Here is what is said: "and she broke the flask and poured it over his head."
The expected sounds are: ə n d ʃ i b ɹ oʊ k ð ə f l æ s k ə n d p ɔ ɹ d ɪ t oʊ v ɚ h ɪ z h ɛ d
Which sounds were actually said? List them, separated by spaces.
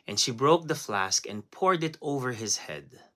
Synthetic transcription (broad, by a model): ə n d ʃ i b ɹ oʊ k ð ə f l æ s k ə n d p ɔ ɹ d ɪ t oʊ v ɚ h ɪ z h ɛ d